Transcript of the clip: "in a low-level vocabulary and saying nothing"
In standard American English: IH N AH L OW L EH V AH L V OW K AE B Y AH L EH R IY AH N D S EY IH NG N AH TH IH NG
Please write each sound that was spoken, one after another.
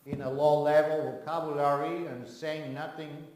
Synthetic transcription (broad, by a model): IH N AH L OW L EH V AH L W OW K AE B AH L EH R IY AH N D S EY IH NG N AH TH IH NG